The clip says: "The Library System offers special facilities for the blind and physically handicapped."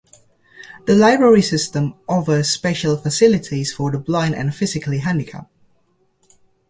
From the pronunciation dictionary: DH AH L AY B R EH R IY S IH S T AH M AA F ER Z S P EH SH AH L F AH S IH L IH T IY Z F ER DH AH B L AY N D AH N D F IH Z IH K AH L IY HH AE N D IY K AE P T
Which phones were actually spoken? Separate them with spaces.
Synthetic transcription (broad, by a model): DH AH L AY B R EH R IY S IH S T AH M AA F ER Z S P EH SH AH L F AH S IH L IH T IY Z F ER DH AH B L AY N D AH N F IH Z IH K AH L IY HH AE N D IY K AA P